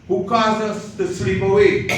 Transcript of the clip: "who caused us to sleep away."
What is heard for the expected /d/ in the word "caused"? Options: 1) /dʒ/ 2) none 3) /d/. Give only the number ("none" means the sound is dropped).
2